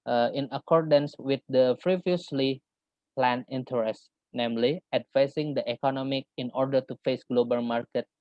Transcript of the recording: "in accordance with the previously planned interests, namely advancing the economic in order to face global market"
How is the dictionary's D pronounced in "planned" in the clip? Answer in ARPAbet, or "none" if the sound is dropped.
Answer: none